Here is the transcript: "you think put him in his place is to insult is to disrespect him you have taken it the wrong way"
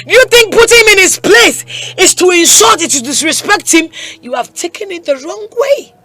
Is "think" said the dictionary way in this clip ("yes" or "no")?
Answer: yes